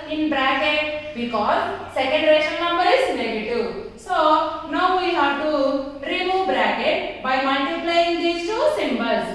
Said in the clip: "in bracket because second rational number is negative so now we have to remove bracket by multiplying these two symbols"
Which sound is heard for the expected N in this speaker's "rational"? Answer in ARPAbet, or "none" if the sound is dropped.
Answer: none